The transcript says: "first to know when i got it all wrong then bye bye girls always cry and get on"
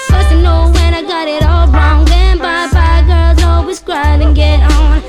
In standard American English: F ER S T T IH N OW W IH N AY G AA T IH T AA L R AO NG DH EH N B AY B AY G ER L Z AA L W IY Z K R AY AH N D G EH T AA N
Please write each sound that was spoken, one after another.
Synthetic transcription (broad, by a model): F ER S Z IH N OW W IH N AY G AA T IH T AA L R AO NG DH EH N B AY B AY G ER L Z AA L W IY Z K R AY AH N G EH T N